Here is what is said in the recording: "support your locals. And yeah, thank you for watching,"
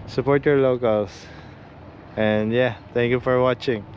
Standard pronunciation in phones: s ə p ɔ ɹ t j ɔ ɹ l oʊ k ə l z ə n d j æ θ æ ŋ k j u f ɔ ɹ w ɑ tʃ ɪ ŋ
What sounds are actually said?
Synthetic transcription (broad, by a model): s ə p ɔ ɹ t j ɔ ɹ l oʊ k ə l s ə n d j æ t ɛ ŋ k j u f ɔ ɹ w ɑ tʃ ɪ ŋ